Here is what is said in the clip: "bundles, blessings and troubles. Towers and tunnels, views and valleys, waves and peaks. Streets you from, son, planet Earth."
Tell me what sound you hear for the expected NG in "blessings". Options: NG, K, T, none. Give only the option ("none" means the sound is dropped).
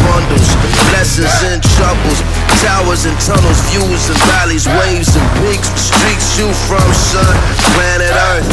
none